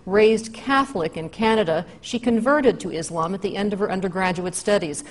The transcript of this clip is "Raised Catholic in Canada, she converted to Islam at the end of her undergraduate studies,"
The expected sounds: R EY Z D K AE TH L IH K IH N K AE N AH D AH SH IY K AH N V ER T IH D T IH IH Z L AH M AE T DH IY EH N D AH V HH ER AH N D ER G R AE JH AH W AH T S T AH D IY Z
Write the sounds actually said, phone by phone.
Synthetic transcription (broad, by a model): R EY Z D K AE TH L IH K IH N K AE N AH D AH SH IY K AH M V ER T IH D T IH IH Z L AH M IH T DH IY EH N D AH V ER AH N D ER G R AE JH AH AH T S T AH D IY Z